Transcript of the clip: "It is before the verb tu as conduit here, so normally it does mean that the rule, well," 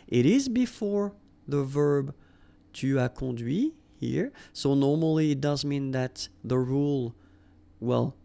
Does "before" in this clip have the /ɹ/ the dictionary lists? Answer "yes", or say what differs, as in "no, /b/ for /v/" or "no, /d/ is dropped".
yes